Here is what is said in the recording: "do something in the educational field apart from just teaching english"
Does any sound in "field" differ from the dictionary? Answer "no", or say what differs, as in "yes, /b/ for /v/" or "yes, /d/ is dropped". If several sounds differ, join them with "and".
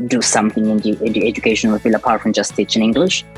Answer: yes, /d/ is dropped